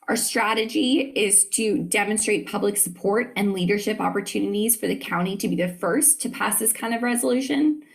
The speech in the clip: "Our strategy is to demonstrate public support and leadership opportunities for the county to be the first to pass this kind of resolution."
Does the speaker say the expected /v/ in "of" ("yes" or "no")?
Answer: yes